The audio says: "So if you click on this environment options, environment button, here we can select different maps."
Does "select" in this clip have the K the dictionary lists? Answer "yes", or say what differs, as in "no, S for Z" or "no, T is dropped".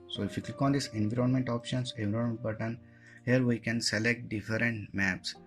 yes